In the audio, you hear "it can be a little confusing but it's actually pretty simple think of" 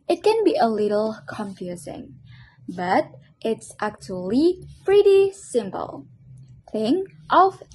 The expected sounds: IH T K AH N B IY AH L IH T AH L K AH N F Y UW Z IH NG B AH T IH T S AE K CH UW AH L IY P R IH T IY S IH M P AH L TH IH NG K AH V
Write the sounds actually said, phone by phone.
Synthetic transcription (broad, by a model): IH T K AH N B IY AH L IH T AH L K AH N F Y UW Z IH NG B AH T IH T S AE K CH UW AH L IY P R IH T IY S IH M P AH L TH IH NG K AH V